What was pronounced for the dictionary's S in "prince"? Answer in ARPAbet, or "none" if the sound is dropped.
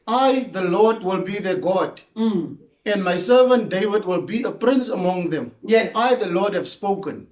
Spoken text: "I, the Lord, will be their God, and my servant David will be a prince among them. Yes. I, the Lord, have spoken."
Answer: S